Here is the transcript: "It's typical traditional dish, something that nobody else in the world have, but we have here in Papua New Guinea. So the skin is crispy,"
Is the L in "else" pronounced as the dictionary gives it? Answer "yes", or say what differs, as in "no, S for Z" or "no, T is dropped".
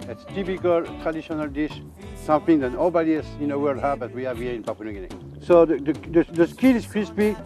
no, L is dropped